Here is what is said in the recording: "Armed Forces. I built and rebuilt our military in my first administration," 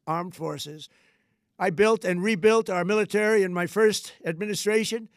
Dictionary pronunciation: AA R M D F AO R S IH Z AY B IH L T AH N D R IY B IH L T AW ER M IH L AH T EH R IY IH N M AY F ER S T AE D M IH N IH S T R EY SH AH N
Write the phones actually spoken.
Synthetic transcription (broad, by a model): AA R M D F AO R S IH Z AY B IH L T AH N R IY B IH L T AW ER M IH L AH T EH R IY IH N M AY F ER S T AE D M IH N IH S T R EY SH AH N